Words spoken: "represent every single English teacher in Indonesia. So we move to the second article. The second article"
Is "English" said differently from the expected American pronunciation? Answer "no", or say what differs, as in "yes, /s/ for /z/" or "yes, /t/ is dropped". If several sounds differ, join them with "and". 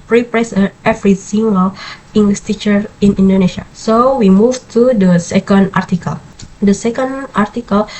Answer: yes, /s/ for /ʃ/